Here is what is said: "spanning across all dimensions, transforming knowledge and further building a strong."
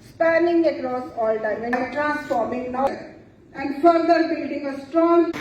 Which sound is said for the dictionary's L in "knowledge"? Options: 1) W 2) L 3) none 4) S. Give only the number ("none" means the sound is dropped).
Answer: 3